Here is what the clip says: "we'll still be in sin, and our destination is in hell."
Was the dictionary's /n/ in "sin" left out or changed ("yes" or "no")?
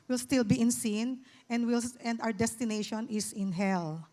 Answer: yes